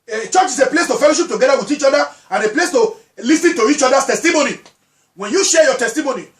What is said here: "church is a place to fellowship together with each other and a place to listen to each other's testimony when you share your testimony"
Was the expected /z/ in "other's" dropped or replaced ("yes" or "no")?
yes